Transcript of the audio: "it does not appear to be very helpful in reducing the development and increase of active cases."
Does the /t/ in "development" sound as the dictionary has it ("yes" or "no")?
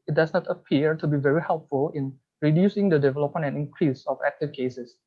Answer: no